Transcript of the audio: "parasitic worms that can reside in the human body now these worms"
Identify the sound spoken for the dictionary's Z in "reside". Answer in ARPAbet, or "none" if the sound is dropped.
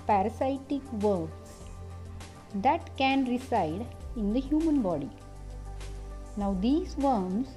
S